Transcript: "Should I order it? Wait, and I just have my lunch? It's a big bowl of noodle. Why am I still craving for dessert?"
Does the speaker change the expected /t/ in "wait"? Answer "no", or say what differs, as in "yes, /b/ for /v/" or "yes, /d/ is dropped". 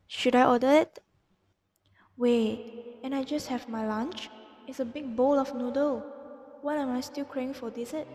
yes, /t/ is dropped